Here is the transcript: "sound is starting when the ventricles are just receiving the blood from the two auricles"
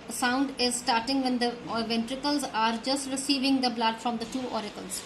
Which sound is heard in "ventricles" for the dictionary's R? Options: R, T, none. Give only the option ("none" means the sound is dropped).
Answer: R